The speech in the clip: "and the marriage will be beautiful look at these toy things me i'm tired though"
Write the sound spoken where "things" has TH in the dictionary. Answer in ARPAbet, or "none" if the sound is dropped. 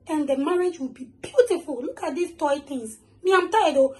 T